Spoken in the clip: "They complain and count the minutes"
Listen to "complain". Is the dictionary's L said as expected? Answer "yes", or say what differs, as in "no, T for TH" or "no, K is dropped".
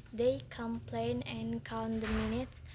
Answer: yes